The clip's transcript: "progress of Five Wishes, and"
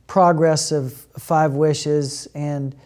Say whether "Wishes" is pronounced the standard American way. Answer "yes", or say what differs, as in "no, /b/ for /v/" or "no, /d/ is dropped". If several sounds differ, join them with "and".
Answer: yes